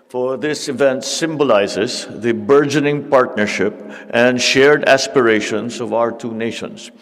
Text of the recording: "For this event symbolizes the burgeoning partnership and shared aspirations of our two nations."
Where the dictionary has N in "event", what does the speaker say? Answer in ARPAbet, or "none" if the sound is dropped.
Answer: N